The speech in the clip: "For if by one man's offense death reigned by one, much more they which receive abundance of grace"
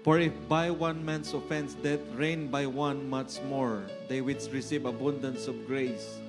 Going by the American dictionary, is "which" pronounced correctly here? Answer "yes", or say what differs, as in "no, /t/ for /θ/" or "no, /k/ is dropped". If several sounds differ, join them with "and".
no, /s/ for /tʃ/